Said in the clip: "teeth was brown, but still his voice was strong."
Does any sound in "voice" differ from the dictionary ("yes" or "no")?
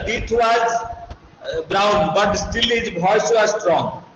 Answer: yes